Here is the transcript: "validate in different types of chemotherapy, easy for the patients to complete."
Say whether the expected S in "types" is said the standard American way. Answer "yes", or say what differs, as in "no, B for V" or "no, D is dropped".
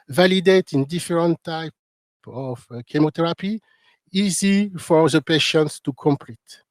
no, S is dropped